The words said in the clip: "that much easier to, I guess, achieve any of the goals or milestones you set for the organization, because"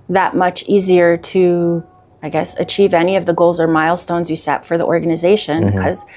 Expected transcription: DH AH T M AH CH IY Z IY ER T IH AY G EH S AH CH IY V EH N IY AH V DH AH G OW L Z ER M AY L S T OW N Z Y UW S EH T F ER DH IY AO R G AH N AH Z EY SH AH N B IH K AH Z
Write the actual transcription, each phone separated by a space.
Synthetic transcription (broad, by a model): DH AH T M AH CH IY Z IY ER T IH AY G EH S AH CH IY V EH N IY AH V DH AH G OW L Z ER M AY L S T OW N Z Y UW S EH T F ER DH IY AO R G AH N AH Z EY SH AH N K AH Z